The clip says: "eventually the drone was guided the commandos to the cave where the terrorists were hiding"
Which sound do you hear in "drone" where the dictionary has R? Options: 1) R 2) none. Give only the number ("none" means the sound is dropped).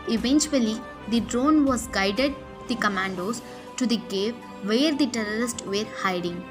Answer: 1